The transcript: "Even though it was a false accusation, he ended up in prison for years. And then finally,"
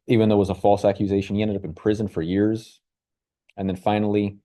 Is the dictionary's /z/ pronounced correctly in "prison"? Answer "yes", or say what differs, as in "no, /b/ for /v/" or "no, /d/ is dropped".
yes